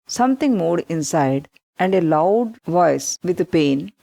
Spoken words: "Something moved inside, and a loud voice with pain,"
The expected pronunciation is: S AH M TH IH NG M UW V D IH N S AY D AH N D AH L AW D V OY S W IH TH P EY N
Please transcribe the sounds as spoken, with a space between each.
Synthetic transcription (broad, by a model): S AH M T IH NG M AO D IH N S AY D AH N D AH L AW D V OY S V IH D P EY N